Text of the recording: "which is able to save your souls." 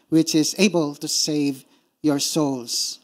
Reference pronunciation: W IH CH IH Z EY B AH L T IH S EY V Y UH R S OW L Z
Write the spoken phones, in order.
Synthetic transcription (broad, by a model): W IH CH IH Z EY B AH L T IH S EY V Y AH R S OW L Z